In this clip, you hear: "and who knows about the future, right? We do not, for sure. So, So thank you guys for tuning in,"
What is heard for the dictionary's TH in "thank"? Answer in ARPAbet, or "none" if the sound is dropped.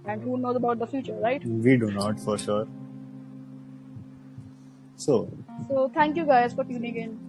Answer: T